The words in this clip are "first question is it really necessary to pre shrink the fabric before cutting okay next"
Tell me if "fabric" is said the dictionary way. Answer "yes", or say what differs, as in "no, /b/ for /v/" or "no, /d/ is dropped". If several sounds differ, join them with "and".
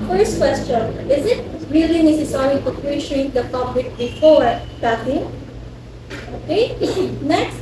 no, /p/ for /f/ and /l/ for /ɹ/